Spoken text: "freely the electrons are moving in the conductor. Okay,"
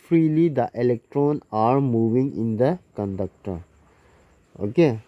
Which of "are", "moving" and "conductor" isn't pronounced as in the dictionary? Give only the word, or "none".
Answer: none